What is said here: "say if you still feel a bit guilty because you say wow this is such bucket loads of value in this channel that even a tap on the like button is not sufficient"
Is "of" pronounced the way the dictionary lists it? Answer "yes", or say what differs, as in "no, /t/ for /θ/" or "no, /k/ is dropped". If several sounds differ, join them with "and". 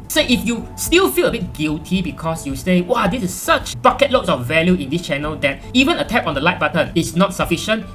no, /f/ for /v/